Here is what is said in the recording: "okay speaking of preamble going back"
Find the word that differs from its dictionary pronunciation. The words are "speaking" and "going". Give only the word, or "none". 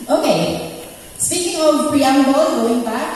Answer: speaking